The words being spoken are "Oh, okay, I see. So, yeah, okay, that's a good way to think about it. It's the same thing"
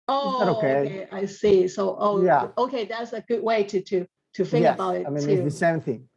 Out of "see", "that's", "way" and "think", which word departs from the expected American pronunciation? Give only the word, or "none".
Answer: think